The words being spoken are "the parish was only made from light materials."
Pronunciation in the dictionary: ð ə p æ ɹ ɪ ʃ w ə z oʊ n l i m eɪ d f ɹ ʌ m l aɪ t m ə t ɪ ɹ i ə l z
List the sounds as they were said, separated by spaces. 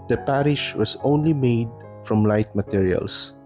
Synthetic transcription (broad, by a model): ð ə p æ ɹ ɪ ʃ w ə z oʊ n l i m eɪ d f ɹ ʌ m l aɪ t m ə t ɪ ɹ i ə l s